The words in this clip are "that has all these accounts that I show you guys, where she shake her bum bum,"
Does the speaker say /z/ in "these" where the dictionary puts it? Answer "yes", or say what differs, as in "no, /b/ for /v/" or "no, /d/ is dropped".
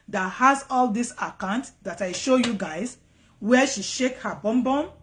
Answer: no, /s/ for /z/